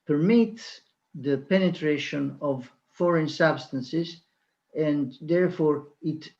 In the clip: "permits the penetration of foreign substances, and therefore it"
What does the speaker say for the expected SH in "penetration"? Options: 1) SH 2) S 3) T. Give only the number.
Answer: 1